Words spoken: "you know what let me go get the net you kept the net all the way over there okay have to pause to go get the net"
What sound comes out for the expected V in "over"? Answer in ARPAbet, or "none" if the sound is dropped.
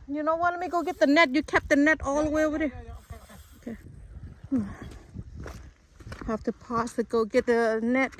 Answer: W